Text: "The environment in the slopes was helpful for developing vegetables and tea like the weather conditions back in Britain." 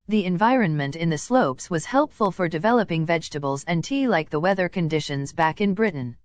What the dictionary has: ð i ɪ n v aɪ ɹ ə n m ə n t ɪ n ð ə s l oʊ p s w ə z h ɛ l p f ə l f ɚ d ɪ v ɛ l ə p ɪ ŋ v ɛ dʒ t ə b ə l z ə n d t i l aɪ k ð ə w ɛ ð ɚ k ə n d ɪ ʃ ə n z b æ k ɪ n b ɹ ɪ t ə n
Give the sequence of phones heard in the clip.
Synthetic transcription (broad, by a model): ð i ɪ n v aɪ ɹ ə n m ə n t ɪ n ð ə s l oʊ p s w ə z h ɛ l p f ə l f ɚ d ɪ v ɛ l ə p ɪ ŋ v ɛ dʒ t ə b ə l z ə n t i l aɪ k ð ə w ɛ ð ɚ k ə n d ɪ ʃ ə n z b æ k ɪ n b ɹ ɪ t n